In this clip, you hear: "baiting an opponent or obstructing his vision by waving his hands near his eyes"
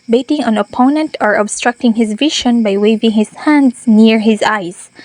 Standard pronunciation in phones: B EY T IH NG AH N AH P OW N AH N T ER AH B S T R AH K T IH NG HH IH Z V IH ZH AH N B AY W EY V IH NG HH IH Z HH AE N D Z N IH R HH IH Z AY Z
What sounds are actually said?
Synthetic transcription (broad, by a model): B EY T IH NG AH N AH P OW N AH N T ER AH B S T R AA K T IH NG HH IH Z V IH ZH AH N B AY W EY V IH NG HH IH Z HH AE N D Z N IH R HH IH Z AY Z